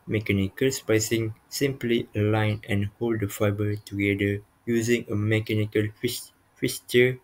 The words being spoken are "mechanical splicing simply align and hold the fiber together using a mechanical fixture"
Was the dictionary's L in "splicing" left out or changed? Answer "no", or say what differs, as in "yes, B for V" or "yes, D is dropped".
yes, L is dropped